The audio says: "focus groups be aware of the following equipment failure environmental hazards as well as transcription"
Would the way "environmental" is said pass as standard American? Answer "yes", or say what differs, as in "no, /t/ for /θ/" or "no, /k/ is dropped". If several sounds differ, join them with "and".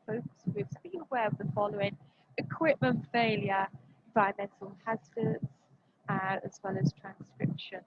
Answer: no, /n/ is dropped and /ɹ/ is dropped and /n/ is dropped